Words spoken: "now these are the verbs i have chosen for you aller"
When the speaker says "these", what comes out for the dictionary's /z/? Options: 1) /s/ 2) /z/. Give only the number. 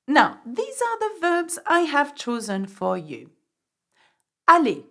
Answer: 2